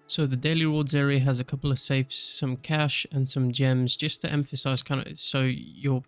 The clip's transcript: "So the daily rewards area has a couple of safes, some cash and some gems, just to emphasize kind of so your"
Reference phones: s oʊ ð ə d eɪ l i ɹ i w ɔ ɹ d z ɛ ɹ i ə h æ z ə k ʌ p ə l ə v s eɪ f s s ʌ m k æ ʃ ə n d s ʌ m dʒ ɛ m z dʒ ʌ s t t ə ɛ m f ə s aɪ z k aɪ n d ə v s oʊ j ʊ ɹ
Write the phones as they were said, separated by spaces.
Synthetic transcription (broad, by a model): s oʊ ð ə d eɪ l i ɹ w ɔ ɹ d z ɛ ɹ i ə z ə k ʌ p l ə v s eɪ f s s ʌ m k æ ʃ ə n s ʌ m dʒ ɛ m z dʒ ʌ s t t ɛ m f ə s aɪ z k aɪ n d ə s oʊ j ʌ ɹ